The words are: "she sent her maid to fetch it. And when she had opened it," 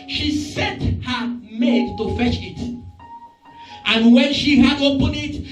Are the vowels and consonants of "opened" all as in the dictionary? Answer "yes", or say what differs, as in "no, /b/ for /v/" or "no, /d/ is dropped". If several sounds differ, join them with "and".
no, /d/ is dropped